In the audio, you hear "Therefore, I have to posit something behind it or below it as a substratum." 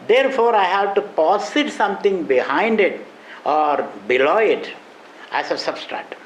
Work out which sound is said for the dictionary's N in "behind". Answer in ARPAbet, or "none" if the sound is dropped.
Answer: N